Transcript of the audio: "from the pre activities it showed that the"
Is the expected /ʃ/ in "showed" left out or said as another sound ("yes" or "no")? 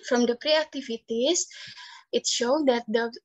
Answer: no